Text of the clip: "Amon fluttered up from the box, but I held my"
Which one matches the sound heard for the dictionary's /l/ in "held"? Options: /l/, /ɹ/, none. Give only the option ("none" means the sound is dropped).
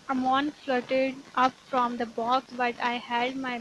none